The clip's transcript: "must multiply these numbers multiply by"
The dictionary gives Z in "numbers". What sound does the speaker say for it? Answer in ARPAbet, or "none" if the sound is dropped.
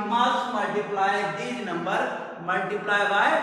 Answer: none